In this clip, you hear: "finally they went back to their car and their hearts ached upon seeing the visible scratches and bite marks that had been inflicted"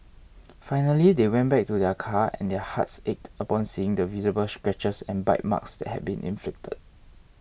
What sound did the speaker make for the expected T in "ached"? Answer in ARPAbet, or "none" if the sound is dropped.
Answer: T